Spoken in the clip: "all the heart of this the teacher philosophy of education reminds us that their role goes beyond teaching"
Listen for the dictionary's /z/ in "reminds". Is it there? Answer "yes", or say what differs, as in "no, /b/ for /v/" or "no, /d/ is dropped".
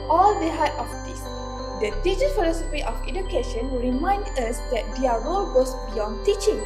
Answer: no, /z/ is dropped